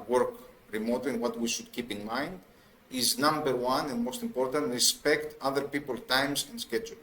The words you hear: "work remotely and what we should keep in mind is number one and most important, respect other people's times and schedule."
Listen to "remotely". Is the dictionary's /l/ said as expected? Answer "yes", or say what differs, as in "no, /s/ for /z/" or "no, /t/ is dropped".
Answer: no, /l/ is dropped